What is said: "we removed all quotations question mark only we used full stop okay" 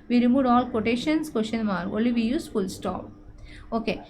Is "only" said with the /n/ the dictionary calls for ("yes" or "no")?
no